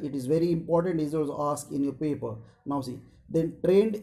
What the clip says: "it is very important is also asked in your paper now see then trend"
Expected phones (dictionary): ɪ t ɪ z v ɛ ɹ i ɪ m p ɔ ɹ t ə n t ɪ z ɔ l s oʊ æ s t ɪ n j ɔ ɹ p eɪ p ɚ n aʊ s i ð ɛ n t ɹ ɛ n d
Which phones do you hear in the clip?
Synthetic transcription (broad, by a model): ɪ t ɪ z v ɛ ɹ i ɪ m p ɔ ɹ t ə n t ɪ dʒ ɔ s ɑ s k ɪ n j ɔ ɹ p eɪ p ɚ n aʊ s i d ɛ n t ɹ ɛ n d